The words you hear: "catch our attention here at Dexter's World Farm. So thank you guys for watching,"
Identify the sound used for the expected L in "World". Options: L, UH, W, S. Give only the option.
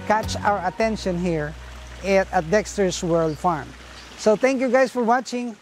L